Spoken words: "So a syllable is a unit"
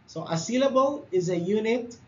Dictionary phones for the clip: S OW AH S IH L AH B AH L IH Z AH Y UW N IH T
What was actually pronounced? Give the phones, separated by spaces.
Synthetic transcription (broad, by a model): S OW AH S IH L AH B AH L IH Z AH Y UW N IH T